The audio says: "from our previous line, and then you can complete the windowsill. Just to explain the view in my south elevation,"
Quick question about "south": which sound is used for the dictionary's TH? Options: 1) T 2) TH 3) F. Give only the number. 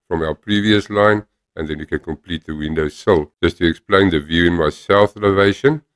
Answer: 2